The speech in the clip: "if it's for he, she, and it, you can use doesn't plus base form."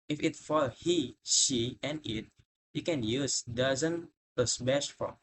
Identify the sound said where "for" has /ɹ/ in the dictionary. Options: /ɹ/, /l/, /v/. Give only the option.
/l/